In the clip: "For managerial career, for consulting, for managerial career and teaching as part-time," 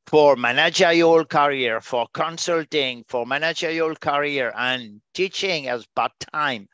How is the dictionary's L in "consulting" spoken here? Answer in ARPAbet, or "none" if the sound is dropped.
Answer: L